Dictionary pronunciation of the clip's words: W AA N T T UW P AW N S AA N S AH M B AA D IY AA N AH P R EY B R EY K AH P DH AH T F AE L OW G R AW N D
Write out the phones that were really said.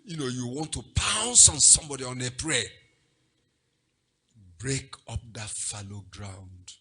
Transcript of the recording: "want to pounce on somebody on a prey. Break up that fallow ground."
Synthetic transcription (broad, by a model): W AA N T T UW P AW N S AA N S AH M B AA D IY AA N AH P R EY B R EY K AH P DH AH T F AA L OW G R AW N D